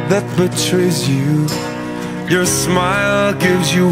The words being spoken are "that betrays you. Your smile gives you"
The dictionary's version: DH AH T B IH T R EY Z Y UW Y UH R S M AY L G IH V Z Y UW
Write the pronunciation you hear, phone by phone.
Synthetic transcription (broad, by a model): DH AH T B IH T R EY Z Y UW Y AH R S M AY L G IH V Z Y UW